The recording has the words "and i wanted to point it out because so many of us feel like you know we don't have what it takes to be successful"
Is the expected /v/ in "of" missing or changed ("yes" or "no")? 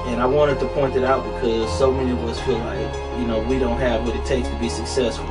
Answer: yes